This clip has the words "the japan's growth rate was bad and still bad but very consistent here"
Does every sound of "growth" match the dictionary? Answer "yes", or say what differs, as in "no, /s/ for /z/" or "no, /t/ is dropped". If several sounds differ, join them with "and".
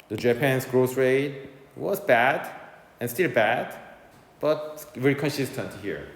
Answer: no, /s/ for /θ/